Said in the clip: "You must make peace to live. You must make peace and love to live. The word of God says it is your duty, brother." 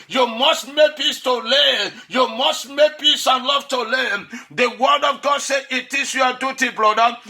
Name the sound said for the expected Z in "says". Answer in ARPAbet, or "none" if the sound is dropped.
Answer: none